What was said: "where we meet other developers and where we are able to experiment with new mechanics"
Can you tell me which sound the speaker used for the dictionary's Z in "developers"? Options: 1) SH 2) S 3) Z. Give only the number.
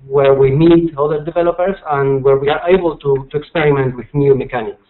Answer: 2